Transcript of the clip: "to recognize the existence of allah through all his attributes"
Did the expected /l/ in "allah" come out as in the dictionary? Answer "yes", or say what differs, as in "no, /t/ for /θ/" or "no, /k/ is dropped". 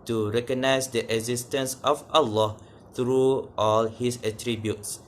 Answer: yes